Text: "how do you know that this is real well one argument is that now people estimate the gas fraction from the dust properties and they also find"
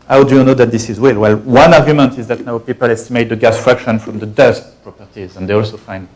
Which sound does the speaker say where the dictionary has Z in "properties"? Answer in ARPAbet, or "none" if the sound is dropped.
Z